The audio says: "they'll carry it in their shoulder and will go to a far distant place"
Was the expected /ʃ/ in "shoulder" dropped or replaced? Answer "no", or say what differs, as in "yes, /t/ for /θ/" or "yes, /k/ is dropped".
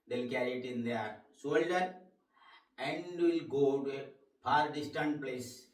yes, /s/ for /ʃ/